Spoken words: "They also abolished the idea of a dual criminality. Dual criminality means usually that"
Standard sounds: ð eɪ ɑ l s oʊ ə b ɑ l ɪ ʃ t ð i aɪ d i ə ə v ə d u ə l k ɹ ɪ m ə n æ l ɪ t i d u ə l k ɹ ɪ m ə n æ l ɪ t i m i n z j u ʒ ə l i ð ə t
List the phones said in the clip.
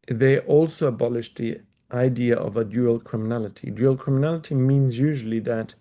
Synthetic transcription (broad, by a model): ð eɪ ɑ l s oʊ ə b ɑ l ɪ ʃ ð i aɪ d i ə ə v ə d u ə l k ɹ ɪ m ə n æ l ɪ t i d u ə l k ɹ ɪ m ə n æ l ɪ t i m i n z j u ʒ ə l i ð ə t